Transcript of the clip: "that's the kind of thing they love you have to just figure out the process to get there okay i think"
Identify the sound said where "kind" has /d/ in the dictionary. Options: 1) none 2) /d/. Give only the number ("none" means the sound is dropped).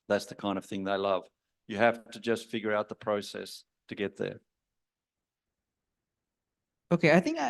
2